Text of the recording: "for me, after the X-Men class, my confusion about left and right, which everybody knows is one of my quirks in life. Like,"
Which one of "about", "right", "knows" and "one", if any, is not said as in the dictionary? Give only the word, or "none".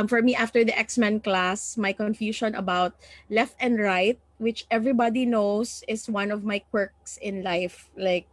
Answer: knows